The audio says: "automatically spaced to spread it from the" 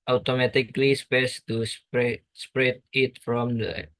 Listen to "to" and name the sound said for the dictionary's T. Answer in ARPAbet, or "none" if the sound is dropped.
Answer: S